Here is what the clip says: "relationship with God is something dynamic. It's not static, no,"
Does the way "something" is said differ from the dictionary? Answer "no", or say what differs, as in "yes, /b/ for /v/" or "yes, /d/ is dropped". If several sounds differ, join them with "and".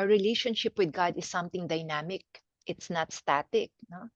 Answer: yes, /t/ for /θ/